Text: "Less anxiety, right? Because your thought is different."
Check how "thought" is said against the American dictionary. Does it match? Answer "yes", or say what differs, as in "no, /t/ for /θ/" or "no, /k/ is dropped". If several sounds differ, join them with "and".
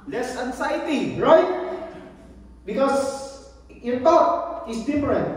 no, /t/ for /θ/